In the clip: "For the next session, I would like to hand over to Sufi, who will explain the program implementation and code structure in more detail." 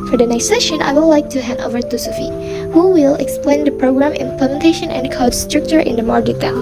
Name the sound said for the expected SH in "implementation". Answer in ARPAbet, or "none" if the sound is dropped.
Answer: SH